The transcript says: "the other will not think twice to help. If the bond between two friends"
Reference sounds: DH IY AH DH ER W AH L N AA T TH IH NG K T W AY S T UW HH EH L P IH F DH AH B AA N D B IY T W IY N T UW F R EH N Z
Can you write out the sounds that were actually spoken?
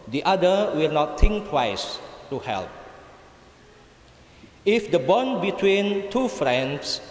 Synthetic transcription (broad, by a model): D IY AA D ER W AH L N AA T T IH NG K T W AY S T UW HH EH L P IH F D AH B AA N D B IY T W IY N T UW F R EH N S